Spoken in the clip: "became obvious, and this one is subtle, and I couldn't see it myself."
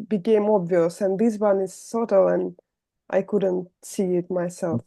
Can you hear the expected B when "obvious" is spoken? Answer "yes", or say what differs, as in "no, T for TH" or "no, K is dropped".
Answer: yes